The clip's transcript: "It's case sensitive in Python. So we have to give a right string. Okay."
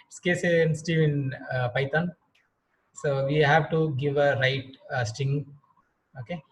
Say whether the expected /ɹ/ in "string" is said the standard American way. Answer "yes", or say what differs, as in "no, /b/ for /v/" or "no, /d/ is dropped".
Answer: no, /ɹ/ is dropped